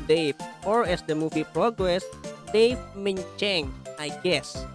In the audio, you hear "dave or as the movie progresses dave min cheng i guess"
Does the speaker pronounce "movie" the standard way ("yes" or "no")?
no